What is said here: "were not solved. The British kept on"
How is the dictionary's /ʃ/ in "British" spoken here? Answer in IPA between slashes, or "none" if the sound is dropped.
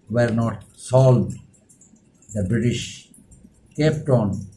/ʃ/